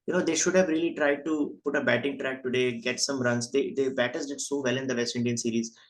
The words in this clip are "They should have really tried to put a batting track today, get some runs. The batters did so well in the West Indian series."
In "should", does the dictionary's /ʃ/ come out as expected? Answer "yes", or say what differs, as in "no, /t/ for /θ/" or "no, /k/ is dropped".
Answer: yes